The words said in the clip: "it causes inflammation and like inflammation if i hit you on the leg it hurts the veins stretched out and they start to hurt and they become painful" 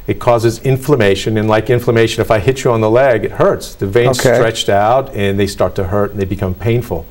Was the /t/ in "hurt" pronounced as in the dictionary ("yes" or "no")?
yes